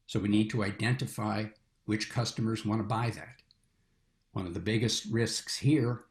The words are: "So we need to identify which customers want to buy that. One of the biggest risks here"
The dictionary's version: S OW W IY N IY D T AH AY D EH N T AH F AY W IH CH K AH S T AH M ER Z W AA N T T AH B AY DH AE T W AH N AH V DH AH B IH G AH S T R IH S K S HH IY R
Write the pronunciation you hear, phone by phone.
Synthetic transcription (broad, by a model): S OW W IY N IY D T AH AY D EH N T AH F AY W IH CH K AH S T AH M ER Z W AA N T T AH B AY DH AE T W AH N AH V DH AH B IH G AH S T R IH S K S HH IY R